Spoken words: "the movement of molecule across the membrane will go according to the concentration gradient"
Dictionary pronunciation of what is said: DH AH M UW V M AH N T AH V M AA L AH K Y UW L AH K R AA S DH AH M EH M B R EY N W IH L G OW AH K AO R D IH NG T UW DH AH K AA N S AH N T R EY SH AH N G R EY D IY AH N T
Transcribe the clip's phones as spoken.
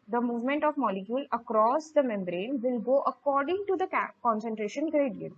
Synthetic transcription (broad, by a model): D AH M UW V M AH N T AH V M AA L AH K Y UW L AH K R AA S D AH M EH M B R EY N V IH L G OW AH K AO R D IH NG T UW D AH K AA N S AH N T R EY SH AH N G R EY D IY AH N